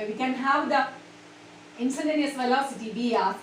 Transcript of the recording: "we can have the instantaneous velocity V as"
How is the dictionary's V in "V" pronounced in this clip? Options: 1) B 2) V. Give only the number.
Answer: 1